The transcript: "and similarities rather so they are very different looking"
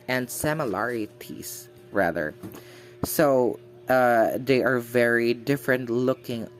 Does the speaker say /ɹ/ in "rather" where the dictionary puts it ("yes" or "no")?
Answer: yes